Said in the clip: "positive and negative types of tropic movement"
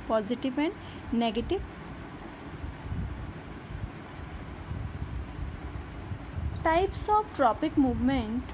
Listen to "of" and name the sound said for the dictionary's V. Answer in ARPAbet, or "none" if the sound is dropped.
B